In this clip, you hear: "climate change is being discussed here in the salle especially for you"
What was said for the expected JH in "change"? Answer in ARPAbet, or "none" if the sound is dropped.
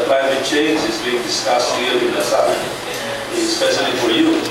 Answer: JH